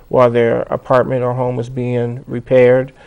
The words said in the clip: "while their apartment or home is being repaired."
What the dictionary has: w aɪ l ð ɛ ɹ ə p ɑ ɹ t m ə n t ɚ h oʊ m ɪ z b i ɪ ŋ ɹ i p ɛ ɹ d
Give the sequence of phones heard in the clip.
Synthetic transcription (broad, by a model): w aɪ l ð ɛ ɹ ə p ɑ ɹ t m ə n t ɚ h oʊ m ɪ z b i ɪ ŋ ɹ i p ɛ ɹ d